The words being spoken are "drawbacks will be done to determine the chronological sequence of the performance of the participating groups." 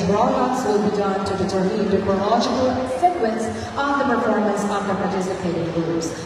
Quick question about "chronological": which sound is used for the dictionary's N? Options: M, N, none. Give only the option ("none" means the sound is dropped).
none